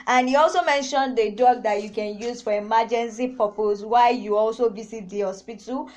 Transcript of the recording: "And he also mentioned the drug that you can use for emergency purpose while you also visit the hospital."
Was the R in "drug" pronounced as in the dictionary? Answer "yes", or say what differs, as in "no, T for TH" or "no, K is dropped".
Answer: no, R is dropped